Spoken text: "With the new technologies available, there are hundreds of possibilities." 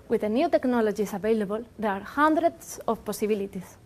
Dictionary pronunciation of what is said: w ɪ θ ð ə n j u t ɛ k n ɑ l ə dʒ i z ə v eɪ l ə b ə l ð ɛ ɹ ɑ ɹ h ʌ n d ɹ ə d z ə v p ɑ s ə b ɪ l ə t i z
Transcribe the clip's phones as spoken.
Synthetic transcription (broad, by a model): w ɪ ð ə n j u t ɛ k n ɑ l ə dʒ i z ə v eɪ l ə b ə l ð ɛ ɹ ɑ ɹ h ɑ n d ɹ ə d s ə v p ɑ s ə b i l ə t i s